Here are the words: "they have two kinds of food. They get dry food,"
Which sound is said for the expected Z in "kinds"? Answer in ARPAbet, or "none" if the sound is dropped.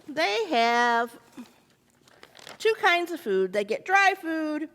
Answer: Z